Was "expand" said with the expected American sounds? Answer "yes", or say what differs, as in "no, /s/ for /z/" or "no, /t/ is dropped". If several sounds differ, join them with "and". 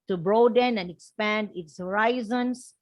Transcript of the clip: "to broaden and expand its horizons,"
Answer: yes